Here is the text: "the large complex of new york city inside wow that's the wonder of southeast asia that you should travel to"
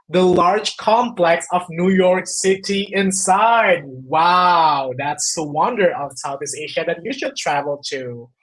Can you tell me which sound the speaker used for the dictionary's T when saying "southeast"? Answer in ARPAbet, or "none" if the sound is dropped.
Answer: none